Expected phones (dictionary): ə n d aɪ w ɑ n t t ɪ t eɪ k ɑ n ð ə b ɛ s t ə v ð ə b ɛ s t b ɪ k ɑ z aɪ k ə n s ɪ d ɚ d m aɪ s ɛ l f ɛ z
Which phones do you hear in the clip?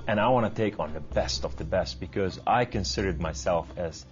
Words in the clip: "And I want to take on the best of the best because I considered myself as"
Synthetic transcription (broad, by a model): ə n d aɪ w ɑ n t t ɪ t eɪ k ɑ n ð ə b ɛ s t ə v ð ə b ɛ s t b ɪ k ɑ z aɪ k ə n s ɪ d ɚ d m aɪ s ɛ l f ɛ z